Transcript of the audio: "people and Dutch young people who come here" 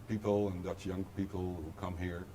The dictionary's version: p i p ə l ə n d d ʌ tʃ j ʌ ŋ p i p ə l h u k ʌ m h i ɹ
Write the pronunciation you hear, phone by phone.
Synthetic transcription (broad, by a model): p i p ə l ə n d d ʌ s j ʌ ŋ p i p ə l h u k ʌ m h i ɹ